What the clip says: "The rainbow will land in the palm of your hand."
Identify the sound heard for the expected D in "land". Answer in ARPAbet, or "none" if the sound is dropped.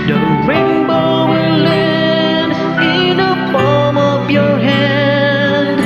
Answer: none